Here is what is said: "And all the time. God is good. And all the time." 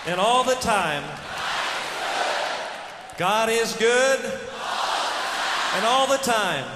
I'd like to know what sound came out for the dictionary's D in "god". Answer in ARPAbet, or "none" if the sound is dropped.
D